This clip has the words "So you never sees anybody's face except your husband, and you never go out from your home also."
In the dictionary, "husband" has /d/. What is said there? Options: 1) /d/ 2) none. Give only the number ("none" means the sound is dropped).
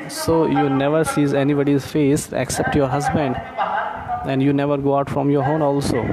1